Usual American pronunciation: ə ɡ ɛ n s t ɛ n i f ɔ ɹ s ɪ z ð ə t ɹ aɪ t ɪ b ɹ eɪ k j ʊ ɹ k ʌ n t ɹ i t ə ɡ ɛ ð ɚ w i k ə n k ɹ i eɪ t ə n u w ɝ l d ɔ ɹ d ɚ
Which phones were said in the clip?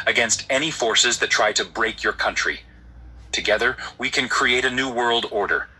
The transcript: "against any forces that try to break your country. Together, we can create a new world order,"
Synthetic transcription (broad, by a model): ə ɡ ɛ n s t ɛ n i f ɔ ɹ s ɪ z ð ə t ɹ aɪ t ɪ b ɹ eɪ k j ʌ ɹ k ʌ n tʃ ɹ i t ə ɡ ɛ ð ɚ w i k ə n k ɹ i eɪ t ə n u w ɝ l d ɔ ɹ d ɚ